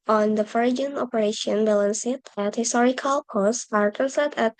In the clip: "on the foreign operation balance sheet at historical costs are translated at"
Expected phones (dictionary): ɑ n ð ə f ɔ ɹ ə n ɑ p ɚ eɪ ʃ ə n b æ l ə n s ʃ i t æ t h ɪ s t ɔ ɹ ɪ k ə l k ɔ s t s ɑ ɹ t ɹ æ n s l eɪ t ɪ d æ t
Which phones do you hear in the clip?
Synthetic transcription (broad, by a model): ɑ n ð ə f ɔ ɹ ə n ɑ p ɚ eɪ ʃ ə n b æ l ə n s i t æ t h ɪ s t ɔ ɹ ɪ k ə l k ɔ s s ɑ ɹ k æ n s eɪ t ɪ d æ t